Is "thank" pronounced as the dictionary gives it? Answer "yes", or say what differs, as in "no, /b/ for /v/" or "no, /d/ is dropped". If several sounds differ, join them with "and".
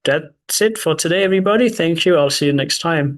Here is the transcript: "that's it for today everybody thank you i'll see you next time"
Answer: yes